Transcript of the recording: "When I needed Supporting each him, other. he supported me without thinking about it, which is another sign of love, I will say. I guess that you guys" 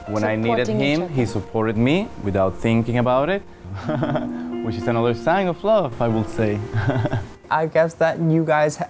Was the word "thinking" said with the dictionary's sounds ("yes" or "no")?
yes